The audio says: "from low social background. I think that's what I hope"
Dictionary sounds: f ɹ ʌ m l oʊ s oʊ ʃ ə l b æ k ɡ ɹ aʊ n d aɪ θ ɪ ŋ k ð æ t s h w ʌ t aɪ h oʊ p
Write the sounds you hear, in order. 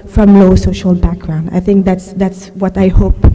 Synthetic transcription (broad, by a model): f ɹ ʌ m l oʊ s oʊ ʃ ə l b æ k ɡ ɹ aʊ n d aɪ θ ɪ ŋ k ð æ t s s w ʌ t aɪ h oʊ p